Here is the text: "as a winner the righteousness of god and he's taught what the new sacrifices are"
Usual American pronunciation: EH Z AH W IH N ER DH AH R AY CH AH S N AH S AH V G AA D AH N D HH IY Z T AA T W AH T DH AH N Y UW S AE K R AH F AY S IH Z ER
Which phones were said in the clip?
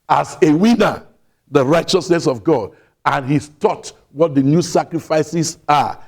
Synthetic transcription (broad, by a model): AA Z AH W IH N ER DH AH R AY CH AH S N AH S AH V G AA D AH N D HH IY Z T AA T W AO T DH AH N Y UW S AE K R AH F AY S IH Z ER